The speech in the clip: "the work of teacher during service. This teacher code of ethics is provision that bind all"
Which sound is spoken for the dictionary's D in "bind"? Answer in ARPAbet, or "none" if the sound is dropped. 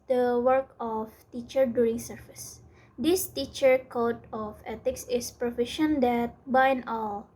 none